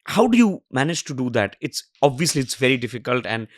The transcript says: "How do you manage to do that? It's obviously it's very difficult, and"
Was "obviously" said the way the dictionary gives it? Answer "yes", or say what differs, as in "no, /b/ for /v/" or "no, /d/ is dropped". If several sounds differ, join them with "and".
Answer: yes